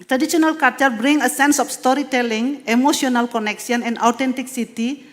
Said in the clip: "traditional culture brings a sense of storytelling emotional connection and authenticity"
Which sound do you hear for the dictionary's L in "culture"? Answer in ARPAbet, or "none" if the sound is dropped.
none